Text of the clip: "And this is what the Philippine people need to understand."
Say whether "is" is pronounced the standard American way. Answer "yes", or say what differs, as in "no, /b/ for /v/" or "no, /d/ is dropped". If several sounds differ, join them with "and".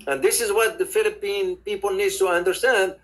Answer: yes